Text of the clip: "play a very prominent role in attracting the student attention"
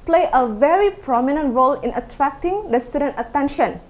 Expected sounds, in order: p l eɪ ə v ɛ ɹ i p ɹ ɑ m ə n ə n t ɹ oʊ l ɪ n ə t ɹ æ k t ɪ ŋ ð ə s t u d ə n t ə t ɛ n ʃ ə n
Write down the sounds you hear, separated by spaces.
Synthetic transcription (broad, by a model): p l eɪ ə v ɛ ɹ i p ɹ ɑ m ə n ə n t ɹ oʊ l ɪ n ə t ɹ æ k t ɪ ŋ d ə s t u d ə n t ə t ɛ n ʃ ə n